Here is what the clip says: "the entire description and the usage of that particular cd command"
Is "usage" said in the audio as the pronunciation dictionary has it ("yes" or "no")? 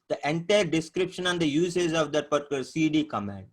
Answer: no